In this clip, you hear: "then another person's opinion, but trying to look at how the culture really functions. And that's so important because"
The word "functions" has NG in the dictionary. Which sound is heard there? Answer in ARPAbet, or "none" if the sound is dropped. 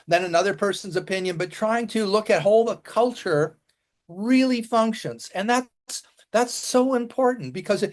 NG